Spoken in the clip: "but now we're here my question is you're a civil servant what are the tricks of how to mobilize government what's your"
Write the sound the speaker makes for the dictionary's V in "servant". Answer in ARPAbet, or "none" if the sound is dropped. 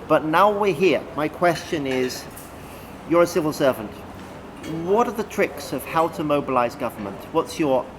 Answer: V